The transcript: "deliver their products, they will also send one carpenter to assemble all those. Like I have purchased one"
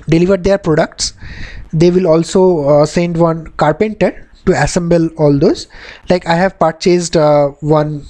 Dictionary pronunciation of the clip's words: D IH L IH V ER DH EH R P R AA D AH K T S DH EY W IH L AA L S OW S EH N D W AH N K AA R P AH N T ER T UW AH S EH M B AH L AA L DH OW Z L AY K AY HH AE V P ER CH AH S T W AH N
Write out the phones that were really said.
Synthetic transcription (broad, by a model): D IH L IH V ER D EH R P R AA D AH K T S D EY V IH L AA L S OW S EH N D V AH N K AA R P AH N T ER T UW AH S EH M B AH L AA L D OW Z L AY K AY HH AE V P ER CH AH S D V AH N